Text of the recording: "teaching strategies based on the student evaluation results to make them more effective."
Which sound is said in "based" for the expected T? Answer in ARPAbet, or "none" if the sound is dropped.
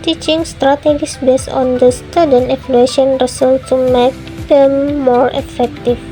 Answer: none